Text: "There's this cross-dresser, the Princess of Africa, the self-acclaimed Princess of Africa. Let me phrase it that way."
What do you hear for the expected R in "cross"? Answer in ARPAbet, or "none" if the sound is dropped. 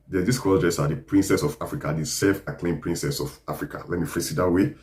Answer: none